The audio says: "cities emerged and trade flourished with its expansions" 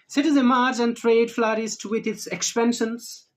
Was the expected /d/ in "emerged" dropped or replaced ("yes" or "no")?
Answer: yes